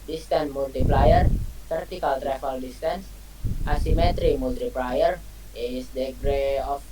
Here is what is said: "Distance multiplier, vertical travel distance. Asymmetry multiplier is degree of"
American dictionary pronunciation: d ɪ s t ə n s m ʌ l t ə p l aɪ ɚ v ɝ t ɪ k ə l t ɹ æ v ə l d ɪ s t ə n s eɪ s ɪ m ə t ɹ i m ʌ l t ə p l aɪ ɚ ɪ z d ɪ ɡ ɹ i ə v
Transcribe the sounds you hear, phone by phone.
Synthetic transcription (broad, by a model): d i s t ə n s m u l t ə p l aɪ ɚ f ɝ t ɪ k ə l t ɹ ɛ f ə l d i s t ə n s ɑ s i m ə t ɹ i m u l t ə p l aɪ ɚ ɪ s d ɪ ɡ ɹ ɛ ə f